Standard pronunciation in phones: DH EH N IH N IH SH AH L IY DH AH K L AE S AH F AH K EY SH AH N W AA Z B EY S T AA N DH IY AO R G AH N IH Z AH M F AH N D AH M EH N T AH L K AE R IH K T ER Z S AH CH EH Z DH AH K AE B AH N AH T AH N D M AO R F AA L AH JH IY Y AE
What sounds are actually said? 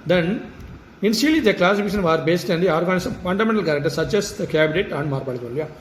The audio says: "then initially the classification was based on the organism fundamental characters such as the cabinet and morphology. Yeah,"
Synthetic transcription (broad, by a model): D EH N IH N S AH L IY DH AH K L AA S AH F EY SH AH N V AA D B EY S T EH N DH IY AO R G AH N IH S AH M F AH N D AH M EH N T AH L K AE R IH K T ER S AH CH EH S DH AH K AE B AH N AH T AH N D M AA R P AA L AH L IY Y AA